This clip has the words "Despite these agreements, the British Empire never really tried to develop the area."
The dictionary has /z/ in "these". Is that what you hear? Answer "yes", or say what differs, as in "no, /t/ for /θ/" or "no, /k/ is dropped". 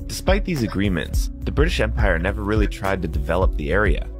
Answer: yes